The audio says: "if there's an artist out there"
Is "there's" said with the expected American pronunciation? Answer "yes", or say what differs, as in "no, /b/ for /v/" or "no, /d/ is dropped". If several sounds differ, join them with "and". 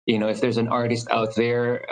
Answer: yes